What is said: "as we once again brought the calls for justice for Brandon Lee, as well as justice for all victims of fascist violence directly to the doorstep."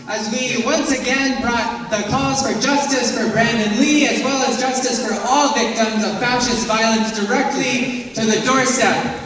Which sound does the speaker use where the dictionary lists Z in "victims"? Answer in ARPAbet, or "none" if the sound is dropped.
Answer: Z